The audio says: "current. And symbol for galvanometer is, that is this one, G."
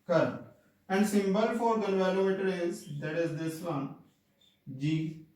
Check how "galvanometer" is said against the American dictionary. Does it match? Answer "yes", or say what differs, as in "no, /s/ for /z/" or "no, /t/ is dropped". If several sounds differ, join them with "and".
no, /n/ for /l/ and /l/ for /n/